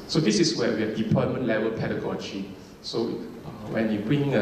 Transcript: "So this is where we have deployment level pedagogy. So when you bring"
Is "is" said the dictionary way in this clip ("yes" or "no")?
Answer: no